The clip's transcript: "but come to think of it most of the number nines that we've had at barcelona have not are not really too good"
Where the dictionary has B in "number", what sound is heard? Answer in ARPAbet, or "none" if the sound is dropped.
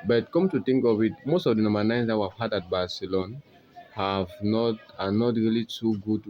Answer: none